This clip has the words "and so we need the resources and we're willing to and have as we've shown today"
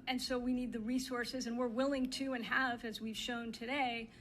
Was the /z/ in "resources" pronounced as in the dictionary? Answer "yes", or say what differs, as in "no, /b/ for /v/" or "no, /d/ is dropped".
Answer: yes